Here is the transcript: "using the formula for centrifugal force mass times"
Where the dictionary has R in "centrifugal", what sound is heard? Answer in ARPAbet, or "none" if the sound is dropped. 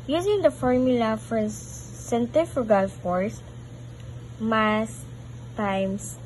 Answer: none